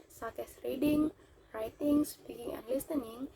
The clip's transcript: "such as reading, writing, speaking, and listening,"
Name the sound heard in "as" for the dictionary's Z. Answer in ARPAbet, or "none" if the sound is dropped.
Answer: S